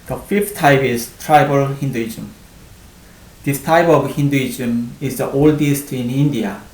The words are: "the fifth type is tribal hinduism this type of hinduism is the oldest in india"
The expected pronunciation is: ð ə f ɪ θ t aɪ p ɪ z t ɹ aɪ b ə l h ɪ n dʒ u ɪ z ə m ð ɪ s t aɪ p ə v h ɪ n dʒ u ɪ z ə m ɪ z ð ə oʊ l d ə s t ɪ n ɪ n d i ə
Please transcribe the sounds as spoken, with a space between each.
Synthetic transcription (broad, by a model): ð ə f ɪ f t aɪ p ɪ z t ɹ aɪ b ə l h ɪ n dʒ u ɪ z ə m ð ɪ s t aɪ p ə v h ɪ n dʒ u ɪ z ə m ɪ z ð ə oʊ l d ə s t ɪ n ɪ n d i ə